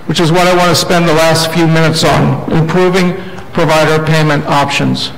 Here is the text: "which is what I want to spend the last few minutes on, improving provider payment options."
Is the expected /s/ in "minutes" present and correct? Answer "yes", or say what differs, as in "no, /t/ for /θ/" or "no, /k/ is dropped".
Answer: yes